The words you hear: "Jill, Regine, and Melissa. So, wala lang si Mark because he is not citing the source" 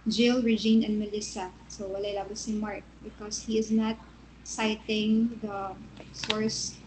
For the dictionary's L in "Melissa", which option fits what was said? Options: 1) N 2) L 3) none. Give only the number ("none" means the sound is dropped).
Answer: 2